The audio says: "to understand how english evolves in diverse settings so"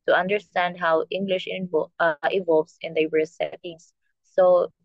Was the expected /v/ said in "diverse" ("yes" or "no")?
no